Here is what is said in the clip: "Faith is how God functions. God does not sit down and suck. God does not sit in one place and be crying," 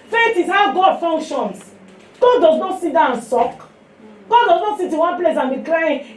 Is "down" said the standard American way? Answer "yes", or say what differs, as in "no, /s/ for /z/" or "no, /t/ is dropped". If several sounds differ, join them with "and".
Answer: no, /n/ is dropped